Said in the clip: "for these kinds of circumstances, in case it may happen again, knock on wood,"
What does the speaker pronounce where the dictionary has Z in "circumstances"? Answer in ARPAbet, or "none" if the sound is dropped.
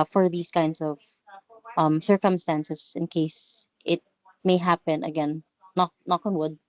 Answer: S